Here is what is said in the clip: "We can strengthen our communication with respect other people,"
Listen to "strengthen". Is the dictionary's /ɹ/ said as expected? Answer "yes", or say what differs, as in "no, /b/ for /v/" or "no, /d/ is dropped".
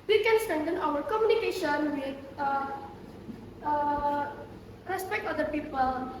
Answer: no, /ɹ/ is dropped